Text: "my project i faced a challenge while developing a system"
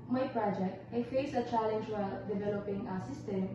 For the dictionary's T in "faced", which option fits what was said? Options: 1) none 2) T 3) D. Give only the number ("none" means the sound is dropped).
1